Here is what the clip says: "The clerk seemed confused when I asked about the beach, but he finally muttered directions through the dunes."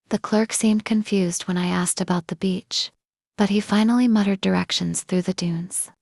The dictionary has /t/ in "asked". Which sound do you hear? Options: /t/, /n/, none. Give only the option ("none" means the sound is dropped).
/t/